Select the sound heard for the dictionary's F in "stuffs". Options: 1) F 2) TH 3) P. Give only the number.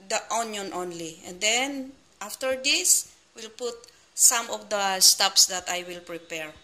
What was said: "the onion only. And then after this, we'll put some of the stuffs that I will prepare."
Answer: 3